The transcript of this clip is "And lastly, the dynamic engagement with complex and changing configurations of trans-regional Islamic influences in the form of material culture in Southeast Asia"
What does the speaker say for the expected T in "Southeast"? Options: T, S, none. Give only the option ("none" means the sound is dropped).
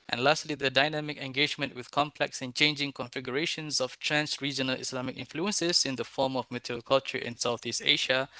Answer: T